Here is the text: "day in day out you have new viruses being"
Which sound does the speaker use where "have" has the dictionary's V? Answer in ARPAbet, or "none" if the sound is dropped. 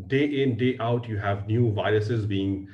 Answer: V